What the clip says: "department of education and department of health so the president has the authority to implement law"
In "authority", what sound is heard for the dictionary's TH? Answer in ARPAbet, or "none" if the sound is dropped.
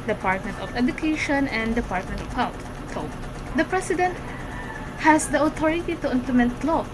T